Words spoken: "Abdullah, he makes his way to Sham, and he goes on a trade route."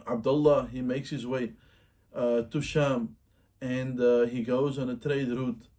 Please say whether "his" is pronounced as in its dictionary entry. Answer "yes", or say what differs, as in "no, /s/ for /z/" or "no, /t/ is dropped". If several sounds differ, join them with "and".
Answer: yes